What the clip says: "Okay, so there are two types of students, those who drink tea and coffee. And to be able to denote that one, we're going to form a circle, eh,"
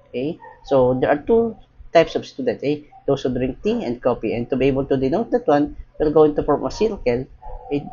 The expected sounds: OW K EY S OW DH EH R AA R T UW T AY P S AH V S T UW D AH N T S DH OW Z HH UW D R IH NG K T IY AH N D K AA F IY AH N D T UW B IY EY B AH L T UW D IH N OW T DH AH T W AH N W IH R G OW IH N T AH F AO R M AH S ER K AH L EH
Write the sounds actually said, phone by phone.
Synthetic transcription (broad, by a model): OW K EY S OW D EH R AA R T UW T AY P S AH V S T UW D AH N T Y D OW S HH UW D R IH NG K T IY AH N D K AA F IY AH N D T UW B IY EY B AH L T UW D IH N OW T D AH T W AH N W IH L G OW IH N T AH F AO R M AH S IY K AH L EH